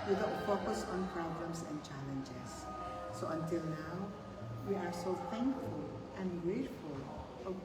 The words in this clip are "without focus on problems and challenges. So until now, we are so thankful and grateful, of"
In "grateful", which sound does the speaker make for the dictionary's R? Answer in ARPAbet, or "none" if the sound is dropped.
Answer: R